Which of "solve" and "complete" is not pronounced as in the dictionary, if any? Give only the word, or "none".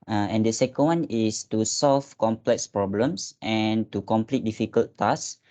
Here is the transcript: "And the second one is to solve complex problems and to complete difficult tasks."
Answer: solve